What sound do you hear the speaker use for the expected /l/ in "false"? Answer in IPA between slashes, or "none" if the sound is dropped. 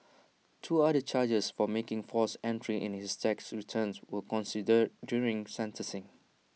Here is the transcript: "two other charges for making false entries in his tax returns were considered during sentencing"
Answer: none